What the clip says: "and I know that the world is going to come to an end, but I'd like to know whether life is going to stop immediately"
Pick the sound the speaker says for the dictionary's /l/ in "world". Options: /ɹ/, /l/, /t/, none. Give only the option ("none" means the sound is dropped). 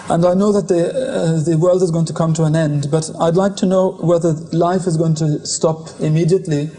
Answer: /l/